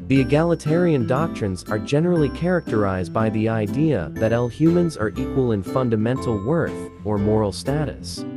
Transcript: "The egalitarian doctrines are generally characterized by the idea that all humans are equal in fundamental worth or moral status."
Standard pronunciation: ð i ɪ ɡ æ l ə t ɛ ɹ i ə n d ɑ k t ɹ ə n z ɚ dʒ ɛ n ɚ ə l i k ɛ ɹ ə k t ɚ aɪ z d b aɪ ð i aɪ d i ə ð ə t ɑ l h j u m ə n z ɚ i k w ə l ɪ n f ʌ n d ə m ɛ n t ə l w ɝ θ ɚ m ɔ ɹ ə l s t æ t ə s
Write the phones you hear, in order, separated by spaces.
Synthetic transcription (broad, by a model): ð i ɪ ɡ æ l ə t ɛ ɹ i ə n d ɑ k t ɹ ə n z ɚ dʒ ɛ n ɚ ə l i k ɛ ɹ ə k t ɚ aɪ z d b aɪ ð i aɪ d i ə ð ə t ɑ l h j u m ə n z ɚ i k w ə l ɪ n f ʌ n d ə m ɛ n t l w ɝ θ ɚ m ɔ ɹ l s t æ t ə s